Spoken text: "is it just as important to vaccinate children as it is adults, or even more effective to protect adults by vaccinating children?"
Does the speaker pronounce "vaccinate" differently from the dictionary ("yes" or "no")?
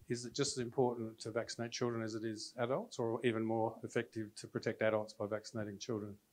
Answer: no